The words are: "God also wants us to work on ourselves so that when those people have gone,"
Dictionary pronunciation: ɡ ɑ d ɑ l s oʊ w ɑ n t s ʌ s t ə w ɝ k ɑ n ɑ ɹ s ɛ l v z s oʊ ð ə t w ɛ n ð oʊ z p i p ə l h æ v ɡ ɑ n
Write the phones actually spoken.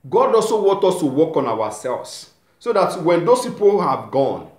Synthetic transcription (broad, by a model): ɡ ɑ d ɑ s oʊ w ɑ n t ɔ s t ə w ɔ k ɑ n ɑ w s ɛ l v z s oʊ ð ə t w ɛ n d oʊ s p i p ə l h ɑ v ɡ ɑ n